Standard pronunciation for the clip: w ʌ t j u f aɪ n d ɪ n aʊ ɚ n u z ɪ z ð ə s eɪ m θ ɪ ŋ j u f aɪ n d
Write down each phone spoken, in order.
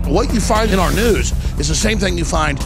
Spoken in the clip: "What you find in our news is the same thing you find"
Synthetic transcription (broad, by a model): w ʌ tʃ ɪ f aɪ n d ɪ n aʊ ɚ n u z ɪ z ð ə s eɪ m θ ɪ ŋ j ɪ f aɪ n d